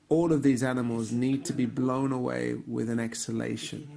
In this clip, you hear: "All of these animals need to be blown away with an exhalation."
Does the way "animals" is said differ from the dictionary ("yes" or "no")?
no